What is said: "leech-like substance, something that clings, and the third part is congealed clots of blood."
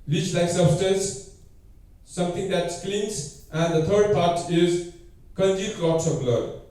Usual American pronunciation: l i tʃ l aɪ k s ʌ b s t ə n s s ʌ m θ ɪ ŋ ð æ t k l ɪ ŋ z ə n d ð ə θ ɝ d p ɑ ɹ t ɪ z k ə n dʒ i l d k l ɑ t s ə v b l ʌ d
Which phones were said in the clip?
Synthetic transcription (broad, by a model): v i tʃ l aɪ k s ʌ b s t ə n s s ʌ m t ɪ ŋ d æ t k l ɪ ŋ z ə n d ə t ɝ d p ɑ ɹ t ɪ z k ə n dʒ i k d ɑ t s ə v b l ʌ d